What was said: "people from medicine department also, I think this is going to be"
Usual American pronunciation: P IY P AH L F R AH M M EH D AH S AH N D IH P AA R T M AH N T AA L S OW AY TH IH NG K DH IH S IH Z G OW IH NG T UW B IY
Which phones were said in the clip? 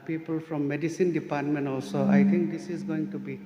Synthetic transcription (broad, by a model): P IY P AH L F R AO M M EH D AH S AH N D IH P AA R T M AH N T AA L S OW AY T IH NG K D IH S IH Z G OW IH NG T UW B IY